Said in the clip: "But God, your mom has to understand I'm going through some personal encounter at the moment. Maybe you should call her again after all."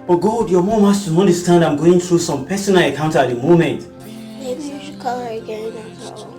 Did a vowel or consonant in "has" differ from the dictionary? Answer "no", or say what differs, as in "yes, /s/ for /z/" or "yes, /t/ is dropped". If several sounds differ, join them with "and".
yes, /s/ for /z/